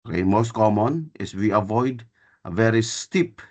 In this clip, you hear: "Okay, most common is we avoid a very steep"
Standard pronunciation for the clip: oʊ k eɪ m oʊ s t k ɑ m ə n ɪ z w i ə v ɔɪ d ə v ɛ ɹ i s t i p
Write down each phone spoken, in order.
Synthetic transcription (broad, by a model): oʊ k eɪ m oʊ s t k ɑ m ə n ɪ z w i ə v ɔɪ d ə v ɛ ɹ i s t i p